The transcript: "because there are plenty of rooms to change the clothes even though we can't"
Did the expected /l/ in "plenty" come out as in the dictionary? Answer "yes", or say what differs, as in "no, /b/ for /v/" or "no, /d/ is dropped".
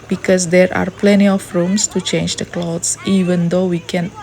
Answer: yes